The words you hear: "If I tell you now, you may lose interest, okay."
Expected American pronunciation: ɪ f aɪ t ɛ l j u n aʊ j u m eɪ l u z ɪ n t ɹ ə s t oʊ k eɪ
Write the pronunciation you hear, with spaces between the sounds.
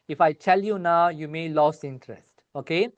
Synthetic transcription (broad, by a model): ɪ f aɪ t ɛ l j u n aʊ j u m eɪ l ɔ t ɪ n t ɹ ə s t oʊ k eɪ